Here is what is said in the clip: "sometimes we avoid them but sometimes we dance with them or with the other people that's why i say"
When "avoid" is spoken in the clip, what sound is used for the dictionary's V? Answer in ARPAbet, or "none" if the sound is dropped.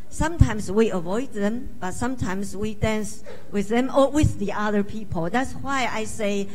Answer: V